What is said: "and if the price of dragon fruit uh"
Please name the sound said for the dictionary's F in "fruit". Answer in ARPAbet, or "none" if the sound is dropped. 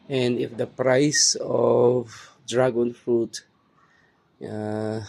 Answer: F